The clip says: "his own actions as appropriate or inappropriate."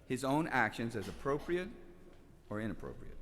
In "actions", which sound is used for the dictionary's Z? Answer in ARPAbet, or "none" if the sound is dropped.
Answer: Z